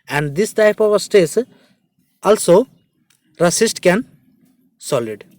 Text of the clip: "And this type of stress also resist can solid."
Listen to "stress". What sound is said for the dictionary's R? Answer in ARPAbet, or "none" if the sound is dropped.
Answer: none